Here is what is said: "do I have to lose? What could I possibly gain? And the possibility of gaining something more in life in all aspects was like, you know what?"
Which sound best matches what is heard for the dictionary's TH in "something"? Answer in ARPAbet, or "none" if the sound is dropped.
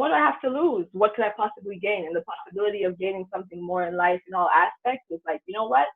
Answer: TH